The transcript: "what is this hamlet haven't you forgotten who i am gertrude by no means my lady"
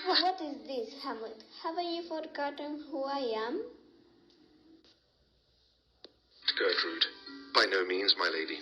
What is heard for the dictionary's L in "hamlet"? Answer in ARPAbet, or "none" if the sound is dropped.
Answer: none